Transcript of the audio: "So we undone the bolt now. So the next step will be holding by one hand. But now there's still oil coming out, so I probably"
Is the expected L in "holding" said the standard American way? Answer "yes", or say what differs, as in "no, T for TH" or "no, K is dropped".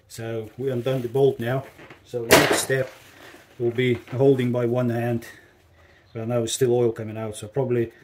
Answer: yes